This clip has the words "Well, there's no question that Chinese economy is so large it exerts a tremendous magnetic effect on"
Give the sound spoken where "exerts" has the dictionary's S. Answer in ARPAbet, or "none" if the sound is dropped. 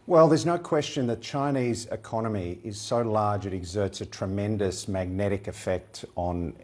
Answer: S